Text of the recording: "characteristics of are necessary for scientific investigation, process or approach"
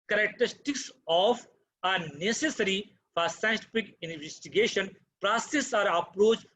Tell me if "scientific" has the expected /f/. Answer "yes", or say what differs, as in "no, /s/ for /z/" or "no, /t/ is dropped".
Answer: no, /p/ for /f/